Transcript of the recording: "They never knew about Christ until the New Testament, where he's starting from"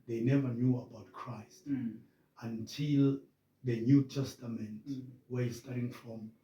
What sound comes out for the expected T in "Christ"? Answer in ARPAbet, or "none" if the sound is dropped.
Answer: T